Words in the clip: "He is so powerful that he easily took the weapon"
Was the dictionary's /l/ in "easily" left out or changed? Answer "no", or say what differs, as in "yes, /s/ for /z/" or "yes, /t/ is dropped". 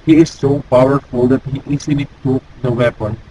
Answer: yes, /n/ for /l/